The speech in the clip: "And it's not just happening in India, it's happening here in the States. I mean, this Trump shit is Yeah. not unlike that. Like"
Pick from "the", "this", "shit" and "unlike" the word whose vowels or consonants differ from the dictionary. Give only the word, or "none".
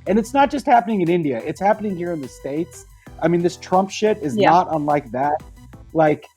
none